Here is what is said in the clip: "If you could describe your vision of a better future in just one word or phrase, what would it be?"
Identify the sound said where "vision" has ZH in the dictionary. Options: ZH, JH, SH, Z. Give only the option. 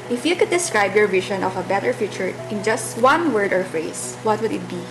SH